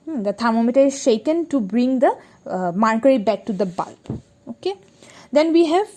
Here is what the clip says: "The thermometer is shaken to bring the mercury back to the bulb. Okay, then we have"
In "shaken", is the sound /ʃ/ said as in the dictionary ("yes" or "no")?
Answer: yes